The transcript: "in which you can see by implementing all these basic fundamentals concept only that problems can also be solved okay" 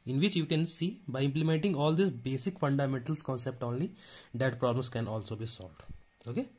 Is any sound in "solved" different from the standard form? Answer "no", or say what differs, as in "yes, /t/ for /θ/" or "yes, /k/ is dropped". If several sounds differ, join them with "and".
no